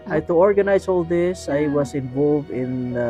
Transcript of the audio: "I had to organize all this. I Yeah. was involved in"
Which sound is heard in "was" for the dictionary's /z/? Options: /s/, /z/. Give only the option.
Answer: /s/